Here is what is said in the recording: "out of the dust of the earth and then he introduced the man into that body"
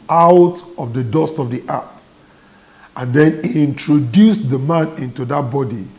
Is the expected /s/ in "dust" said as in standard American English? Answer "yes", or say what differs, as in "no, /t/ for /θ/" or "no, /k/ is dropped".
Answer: yes